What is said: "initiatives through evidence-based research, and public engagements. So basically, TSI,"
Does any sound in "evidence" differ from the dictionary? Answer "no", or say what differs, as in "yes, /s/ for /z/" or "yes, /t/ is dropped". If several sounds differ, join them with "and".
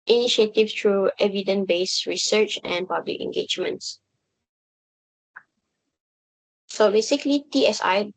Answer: yes, /s/ is dropped